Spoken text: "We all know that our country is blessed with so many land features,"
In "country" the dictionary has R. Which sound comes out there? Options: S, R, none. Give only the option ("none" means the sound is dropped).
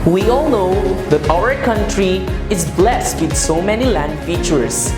R